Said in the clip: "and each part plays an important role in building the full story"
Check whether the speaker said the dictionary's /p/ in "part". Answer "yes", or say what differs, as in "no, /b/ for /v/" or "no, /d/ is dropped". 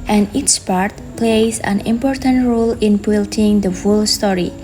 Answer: yes